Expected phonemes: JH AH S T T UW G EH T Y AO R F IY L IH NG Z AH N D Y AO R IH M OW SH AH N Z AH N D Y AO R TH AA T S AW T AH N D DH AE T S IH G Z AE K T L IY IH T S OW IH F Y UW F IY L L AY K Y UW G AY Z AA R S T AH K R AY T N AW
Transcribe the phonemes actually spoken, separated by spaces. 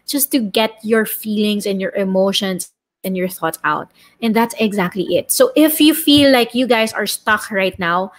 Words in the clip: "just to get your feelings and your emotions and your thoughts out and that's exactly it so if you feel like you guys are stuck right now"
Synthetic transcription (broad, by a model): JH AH S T T UW G EH T Y AO R F IY L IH NG S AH N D Y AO R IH M OW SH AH N S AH N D Y AO R TH AA T S AW T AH N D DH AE T S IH G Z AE K T L IY IH T S OW IH F Y UW F IY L L AY K Y UW G AY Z AA R S T AH K R AY T N AW